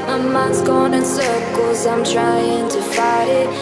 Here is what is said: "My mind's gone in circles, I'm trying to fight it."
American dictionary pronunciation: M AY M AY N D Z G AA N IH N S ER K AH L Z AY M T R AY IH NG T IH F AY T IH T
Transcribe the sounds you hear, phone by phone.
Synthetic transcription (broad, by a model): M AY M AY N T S G AA N IH N S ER K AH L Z AY M T R AY IH NG T IH F AY IH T